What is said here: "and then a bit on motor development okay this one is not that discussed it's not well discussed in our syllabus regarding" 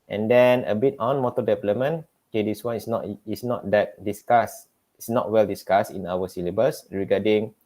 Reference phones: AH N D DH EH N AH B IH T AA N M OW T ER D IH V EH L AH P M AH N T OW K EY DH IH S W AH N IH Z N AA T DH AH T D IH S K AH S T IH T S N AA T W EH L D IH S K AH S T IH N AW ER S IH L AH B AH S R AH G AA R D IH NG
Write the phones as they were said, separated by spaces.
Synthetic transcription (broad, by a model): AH N D EH N AH B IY T AA N M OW T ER D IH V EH L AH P M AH N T OW K EY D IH S W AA N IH S N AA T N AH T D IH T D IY S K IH S S N AA T W EH L D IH S K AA S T IH N AW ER S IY L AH B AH S R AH G AA D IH NG